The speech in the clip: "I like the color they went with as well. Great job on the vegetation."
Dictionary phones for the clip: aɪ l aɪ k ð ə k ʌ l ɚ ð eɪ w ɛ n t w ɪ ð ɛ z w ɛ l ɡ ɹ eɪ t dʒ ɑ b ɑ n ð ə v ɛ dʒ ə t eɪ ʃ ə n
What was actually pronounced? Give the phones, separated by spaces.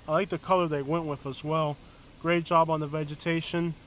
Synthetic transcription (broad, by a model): aɪ l aɪ k ð ə k ʌ l ɚ ð eɪ w ɛ n t w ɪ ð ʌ z w ɛ l ɡ ɹ eɪ t dʒ ɑ b n ð ə v ɛ dʒ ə t eɪ ʃ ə n